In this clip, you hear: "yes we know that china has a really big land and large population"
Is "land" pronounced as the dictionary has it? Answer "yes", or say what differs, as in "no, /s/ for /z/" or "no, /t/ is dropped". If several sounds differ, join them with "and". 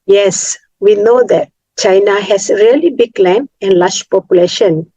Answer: no, /d/ is dropped